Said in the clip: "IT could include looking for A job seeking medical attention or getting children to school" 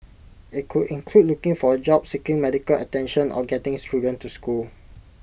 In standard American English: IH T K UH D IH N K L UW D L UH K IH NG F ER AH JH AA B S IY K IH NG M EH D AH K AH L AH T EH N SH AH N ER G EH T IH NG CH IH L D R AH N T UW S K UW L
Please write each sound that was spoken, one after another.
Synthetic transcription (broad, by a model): IH T K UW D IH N K L UW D L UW K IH NG F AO AH JH AA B S IY K IH NG M EH D AH K AH L AH T EH N SH AH N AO G EH T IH NG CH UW D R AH N T UW S K UW L